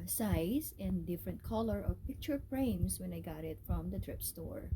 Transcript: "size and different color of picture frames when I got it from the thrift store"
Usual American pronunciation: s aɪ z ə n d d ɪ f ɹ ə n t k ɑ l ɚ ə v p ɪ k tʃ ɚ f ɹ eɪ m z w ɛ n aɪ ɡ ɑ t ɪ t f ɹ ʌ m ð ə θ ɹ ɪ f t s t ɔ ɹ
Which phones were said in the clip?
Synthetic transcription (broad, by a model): s aɪ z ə n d d ɪ f ɹ ə n t k ɑ l ɚ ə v p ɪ k tʃ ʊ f ɹ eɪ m s w ɛ n aɪ ɡ ɑ t ɪ t f ɹ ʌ m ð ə t ɹ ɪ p s t ɔ ɹ